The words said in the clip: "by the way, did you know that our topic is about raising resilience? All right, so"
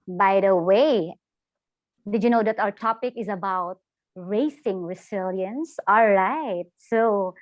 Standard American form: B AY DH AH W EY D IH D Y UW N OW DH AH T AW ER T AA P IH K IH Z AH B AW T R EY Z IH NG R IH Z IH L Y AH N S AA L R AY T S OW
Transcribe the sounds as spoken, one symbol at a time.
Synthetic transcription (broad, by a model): B AY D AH W EY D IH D Y UW N OW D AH T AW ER T AA P IH K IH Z AH B AW T R EY S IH NG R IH S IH L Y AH N S AA L R AY T S OW